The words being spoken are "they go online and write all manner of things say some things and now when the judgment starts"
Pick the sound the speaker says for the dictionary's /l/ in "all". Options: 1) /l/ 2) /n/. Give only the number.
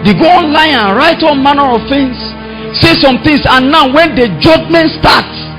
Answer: 2